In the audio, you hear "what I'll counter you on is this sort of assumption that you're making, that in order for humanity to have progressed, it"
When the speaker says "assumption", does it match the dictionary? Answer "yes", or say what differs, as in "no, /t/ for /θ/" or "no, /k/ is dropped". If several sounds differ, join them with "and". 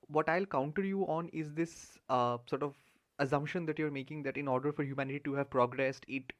yes